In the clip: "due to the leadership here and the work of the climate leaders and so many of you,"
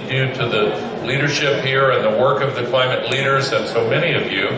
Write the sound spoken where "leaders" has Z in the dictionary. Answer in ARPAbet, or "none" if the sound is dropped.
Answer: Z